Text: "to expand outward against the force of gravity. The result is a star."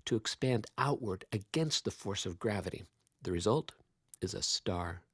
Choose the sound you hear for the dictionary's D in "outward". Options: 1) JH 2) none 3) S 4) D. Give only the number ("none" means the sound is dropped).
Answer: 4